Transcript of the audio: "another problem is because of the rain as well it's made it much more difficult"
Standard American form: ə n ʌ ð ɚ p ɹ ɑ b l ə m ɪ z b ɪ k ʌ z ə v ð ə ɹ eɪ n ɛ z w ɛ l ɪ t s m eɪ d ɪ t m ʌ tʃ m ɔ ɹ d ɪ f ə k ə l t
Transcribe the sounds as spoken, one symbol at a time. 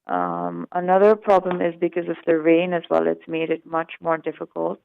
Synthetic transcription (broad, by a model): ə n ʌ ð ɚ p ɹ ɑ b l ə m ɪ z b ɪ k ʌ z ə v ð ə ɹ eɪ n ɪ z w ɛ l ɪ t s m eɪ d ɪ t m ʌ tʃ m ɔ ɹ d ɪ f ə k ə l t